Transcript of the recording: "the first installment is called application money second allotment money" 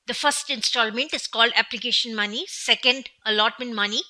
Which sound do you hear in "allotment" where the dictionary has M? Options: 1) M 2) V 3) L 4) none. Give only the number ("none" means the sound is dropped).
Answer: 1